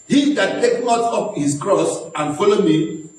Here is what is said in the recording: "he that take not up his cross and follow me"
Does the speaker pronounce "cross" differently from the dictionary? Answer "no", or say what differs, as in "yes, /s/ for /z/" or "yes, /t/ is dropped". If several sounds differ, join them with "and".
no